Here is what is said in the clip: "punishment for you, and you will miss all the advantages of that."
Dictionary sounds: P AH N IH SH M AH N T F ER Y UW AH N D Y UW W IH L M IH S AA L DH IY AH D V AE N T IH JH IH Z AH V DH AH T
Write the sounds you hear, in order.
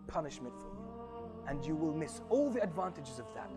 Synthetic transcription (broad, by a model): P AH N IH SH M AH N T F ER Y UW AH N Y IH W IH L M IH S AA L DH IY AH D V AE N T IH JH IH Z AH V DH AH T